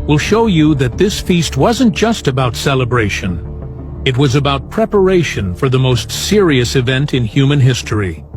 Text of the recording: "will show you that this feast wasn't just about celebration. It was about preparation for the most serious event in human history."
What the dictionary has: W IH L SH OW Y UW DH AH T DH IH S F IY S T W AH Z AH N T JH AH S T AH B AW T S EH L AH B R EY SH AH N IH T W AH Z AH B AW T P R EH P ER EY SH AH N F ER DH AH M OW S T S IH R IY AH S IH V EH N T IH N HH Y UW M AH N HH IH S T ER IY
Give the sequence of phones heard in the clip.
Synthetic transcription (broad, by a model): W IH L SH OW Y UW DH AH T DH IH S F IY S T W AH Z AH N JH AH S T AH B AW T S EH L AH B R EY SH AH N IH T W AH Z AH B AW T P R EH P ER EY SH AH N F ER DH AH M OW S T S IH R IY AH S IH V EH N T IH N HH Y UW M AH N HH IH S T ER IY